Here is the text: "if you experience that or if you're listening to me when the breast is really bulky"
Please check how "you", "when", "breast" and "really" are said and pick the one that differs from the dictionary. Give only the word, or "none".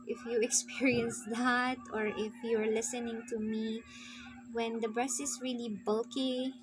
breast